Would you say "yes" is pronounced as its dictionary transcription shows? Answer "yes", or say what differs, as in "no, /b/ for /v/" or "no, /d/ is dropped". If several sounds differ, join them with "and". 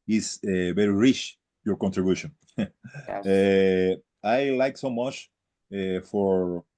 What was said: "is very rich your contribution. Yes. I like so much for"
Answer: no, /s/ is dropped